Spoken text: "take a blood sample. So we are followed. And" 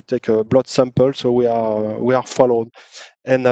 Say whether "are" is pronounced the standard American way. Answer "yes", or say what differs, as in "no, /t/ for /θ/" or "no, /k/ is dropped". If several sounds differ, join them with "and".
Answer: no, /w/ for /ɹ/